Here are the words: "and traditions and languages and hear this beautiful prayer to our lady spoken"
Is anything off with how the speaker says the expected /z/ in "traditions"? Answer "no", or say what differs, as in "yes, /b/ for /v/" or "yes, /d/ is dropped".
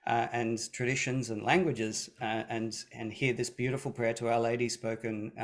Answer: no